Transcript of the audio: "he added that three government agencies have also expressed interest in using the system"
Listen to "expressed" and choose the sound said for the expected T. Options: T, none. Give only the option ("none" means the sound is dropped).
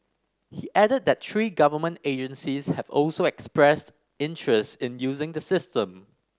T